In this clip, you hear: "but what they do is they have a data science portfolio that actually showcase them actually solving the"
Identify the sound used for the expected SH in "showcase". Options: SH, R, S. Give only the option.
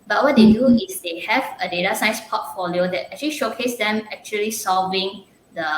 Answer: SH